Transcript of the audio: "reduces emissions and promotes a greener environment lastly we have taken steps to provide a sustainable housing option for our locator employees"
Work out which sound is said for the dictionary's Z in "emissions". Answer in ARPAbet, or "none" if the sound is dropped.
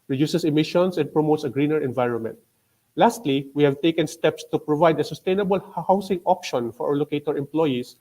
S